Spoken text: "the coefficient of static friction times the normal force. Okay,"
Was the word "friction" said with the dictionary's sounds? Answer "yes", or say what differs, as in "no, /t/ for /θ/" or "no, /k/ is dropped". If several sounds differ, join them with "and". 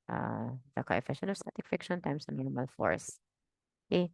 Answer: no, /ɹ/ is dropped